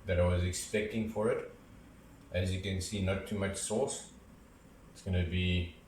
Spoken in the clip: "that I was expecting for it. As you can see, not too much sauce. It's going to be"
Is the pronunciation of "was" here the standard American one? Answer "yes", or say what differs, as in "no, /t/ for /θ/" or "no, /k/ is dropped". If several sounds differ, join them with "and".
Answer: yes